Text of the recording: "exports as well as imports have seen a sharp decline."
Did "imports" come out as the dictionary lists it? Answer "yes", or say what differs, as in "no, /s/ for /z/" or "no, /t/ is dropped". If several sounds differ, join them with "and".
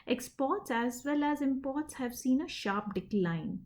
yes